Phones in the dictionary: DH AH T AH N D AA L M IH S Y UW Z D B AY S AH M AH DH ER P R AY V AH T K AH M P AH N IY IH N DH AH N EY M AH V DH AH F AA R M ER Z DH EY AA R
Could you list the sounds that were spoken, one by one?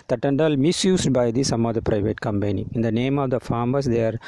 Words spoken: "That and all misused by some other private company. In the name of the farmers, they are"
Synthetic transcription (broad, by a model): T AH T AH N D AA L M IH S Y UW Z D B AY S AH M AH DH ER P R AY V AH T K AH M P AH N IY IH N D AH N EY M AH V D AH F AA R M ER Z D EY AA R